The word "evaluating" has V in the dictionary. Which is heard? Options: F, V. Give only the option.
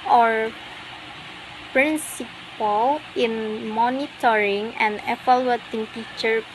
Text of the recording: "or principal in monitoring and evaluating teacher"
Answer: F